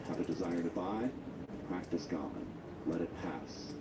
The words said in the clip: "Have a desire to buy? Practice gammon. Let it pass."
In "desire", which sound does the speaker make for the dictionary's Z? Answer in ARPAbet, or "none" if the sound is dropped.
Z